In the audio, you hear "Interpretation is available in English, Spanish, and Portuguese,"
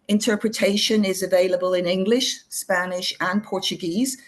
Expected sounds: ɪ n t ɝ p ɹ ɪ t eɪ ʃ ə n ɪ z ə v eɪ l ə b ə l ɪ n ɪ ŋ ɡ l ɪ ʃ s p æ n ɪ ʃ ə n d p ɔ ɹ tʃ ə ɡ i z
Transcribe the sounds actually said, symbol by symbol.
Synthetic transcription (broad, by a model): ɪ n t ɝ p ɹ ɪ t eɪ ʃ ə n ɪ z ə v eɪ l ə b ə l ɪ n ɪ ŋ ɡ l ɪ ʃ s p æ n ɪ ʃ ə n p ɔ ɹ tʃ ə ɡ i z